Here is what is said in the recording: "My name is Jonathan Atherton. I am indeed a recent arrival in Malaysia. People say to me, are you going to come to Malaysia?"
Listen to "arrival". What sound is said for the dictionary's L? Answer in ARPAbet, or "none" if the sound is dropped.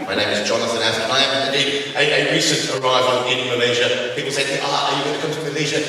N